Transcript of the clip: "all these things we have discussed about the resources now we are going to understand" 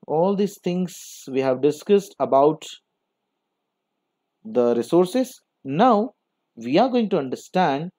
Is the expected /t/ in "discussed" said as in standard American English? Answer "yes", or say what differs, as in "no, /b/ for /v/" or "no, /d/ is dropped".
yes